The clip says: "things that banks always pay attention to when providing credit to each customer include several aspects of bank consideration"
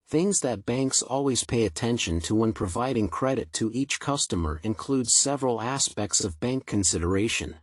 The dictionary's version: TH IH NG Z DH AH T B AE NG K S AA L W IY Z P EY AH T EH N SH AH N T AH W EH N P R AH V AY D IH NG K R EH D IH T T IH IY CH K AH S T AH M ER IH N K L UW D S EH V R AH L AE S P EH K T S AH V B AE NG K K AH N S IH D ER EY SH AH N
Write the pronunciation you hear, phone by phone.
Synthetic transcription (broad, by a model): TH IH NG Z DH AH T B AE NG K S AA L W IY Z P EY AH T EH N SH AH N T AH W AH N P R AH V AY D IH NG K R EH D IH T T IH IY CH K AH S T AH M ER IH N K L UW D S EH V R AH L AE S P EH K T S AH V B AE NG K K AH N S IH D ER EY SH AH N